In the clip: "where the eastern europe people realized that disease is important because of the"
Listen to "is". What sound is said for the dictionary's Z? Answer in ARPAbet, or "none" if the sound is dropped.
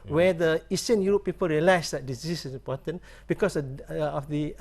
S